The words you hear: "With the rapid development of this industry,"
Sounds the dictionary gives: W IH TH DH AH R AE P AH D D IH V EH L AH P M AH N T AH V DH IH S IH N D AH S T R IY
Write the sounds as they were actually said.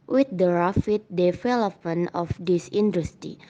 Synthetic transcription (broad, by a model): W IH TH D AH R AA F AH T D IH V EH L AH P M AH N AH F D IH S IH N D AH S T R IY